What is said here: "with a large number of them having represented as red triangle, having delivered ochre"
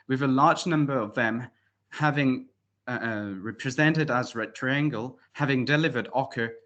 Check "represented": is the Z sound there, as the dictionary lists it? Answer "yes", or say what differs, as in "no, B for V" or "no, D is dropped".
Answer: yes